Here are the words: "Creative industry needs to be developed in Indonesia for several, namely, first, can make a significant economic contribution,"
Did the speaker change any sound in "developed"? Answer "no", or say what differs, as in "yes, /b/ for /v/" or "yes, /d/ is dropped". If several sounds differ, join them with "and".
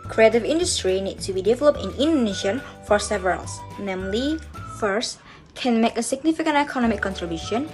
no